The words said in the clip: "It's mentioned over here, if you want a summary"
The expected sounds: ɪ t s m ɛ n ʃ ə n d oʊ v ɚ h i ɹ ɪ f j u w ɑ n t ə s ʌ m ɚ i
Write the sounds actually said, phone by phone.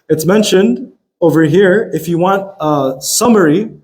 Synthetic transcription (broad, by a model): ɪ t s m ɛ n ʃ ə n d oʊ v ɚ h i ɹ ɪ f j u w ɑ n t ə s ʌ m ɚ i